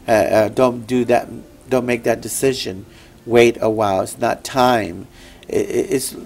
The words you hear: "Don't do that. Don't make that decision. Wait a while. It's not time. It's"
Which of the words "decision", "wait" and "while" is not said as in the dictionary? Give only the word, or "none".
none